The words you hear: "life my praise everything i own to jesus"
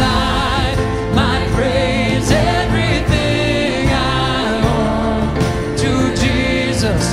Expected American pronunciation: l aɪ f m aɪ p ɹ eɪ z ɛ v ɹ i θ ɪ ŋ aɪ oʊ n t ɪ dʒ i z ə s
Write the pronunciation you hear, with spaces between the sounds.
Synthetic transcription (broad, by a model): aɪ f m aɪ p ɹ eɪ z ɛ v ɹ i θ ɪ ŋ aɪ oʊ n t ɪ dʒ i z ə s